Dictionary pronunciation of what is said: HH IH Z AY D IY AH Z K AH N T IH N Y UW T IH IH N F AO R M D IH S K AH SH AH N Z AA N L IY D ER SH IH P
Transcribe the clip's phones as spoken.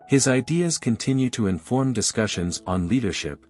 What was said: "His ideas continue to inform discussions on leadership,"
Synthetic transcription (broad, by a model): HH IH Z AY D IY AH Z K AH N T IH N Y UW T IH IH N F AO R M D IH S K AH SH AH N Z N L IY D ER SH IH P